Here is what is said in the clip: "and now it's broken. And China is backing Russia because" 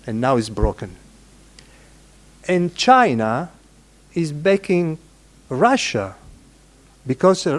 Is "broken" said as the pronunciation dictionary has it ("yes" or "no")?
yes